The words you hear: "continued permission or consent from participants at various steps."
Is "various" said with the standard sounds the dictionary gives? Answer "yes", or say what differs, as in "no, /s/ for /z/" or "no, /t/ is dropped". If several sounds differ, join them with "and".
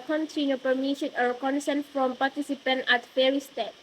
no, /f/ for /v/